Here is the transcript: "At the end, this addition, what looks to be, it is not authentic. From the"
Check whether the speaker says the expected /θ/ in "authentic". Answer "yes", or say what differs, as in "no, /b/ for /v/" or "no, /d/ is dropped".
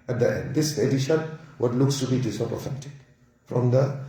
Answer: no, /f/ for /θ/